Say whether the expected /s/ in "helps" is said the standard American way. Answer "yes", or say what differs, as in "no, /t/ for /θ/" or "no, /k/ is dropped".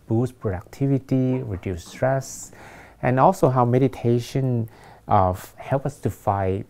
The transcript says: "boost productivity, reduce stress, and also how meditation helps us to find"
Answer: no, /s/ is dropped